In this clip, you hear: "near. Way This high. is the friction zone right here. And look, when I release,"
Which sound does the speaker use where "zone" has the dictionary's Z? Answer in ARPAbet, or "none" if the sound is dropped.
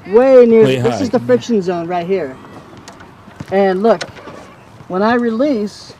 Z